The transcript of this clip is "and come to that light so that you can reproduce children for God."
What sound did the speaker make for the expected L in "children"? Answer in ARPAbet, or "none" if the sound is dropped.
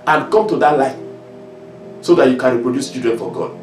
none